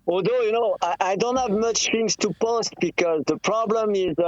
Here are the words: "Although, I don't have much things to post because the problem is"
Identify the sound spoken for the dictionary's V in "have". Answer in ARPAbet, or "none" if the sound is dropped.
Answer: V